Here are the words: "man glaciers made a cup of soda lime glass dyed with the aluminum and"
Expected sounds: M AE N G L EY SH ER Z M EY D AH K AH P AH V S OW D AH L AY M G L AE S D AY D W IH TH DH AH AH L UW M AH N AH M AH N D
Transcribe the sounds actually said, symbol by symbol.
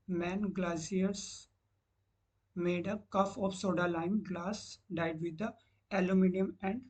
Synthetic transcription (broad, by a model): M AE N G L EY S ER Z M EY D AH K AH F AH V S OW D AH L AY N G L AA S D AY D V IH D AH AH L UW M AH N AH M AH N D